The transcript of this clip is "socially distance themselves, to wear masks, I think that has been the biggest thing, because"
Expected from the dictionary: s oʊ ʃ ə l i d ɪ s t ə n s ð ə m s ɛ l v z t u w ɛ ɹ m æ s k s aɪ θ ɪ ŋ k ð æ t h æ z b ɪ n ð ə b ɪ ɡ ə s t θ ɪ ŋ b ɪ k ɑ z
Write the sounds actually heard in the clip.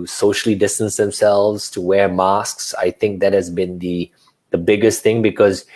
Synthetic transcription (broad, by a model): s oʊ ʃ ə l i d ɪ s t ə n s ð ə m s ɛ l v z t u w ɛ ɹ m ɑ s k s aɪ θ ɪ ŋ k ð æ t h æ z b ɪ n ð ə b ɪ ɡ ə s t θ ɪ ŋ b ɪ k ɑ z